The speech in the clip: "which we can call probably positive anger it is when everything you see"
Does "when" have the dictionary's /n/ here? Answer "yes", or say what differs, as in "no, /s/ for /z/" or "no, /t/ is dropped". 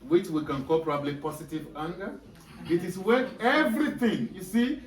no, /n/ is dropped